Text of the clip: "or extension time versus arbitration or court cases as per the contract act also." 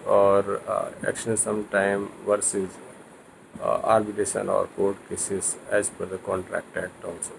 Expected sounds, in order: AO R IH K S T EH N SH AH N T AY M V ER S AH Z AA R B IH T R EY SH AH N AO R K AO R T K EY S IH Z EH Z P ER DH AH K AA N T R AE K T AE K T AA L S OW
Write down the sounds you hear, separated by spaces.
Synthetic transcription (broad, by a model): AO R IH K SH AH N S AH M T AY M V ER S AH Z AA R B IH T EY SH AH N AO R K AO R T K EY S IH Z EH Z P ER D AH K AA N T R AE K T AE K T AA L S OW